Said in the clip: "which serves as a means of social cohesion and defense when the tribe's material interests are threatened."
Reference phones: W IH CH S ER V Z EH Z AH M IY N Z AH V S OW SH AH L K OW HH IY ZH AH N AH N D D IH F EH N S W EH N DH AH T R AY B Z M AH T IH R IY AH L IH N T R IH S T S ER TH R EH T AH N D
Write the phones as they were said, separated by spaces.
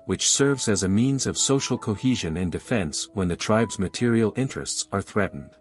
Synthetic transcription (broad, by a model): W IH CH S ER V Z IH Z AH M IY N Z AH V S OW SH L K OW HH IY ZH AH N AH N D D IH F EH N S W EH N DH AH T R AY B Z M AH T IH R IY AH L IH N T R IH S T S ER TH R EH T N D